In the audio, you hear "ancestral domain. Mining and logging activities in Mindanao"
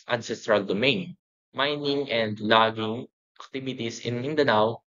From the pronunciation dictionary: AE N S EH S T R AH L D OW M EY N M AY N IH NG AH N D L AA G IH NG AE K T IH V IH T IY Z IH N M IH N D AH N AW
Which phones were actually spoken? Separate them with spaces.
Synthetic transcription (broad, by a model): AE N S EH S T R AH L D OW M EY N M AY N IH NG AH N D L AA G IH NG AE K T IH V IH T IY S IH N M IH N D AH N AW